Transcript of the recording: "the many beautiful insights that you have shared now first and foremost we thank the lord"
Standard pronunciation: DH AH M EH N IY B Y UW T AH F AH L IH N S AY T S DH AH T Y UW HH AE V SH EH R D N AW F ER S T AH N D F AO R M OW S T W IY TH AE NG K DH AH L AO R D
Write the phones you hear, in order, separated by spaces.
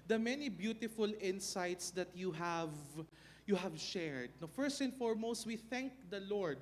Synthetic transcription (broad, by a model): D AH M EH N IY B Y UW T AH F AH L IH N S AY T S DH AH T Y UW HH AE V SH EH R D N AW F ER S T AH N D F AO R M OW S T W IY TH AE NG K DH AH L AO R D